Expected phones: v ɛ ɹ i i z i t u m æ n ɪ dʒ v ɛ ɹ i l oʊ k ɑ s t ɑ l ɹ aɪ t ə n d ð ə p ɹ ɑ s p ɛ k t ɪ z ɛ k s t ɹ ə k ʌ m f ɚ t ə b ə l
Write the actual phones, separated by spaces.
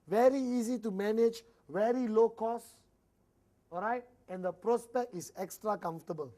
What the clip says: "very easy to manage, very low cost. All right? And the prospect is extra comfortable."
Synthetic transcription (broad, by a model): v ɛ ɹ i i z i t u m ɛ n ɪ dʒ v ɛ ɹ i l oʊ k ɑ s ɑ l ɹ aɪ t ə n d ə p ɹ ɑ s p ɛ k t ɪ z ɛ k s t ɹ ə k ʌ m f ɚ t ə b ə l